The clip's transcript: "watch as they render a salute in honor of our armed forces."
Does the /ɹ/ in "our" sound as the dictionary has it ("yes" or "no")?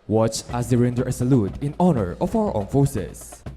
no